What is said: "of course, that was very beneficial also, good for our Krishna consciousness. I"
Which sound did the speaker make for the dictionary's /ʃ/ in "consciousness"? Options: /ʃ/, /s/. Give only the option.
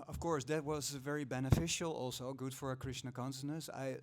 /s/